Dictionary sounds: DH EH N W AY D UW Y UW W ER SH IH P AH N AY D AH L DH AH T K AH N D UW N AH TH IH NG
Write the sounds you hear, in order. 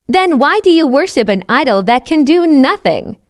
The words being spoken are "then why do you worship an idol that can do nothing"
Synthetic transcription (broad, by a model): DH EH N W AY D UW Y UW W ER SH IH P AH N AY D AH L DH AH T K AH N D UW N AH TH IH NG